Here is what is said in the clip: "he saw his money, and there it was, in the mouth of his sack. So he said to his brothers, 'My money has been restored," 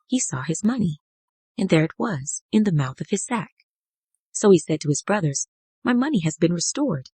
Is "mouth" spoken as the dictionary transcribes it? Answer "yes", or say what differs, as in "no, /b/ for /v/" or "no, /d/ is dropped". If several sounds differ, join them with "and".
yes